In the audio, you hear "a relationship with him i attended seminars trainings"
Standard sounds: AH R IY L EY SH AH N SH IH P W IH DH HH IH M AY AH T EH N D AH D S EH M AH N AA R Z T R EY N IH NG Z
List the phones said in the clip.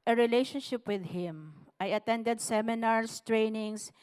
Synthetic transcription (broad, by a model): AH R IY L EY SH AH N SH IH P W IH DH HH IH M AY AH T EH N D AH D S EH M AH N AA R S T R EY N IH NG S